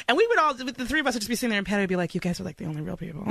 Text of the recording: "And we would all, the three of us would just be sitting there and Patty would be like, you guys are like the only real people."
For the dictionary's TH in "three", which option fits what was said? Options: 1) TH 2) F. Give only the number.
1